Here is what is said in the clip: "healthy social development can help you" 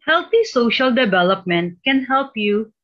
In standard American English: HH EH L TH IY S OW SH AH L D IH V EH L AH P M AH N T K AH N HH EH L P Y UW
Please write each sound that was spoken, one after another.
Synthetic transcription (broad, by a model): HH EH L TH IY S OW SH AH L D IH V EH L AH P M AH N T K AH N HH EH L P Y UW